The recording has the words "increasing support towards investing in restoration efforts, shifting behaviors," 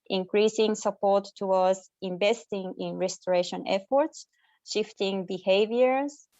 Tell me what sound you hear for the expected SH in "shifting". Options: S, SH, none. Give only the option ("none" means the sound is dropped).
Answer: SH